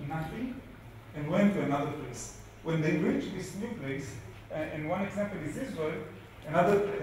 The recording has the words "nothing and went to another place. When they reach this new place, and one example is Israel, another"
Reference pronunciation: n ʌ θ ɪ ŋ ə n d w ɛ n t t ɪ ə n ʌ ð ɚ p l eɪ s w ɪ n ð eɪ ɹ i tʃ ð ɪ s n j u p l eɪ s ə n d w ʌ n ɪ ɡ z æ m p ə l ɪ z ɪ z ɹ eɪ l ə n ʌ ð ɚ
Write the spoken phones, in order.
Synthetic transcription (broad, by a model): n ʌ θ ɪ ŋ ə n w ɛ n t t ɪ ə n ʌ ð ɚ p l eɪ s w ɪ n ð eɪ ɹ i tʃ ð ɪ s n j u p l eɪ s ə n w ʌ n ɪ ɡ z æ m p ə l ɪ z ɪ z w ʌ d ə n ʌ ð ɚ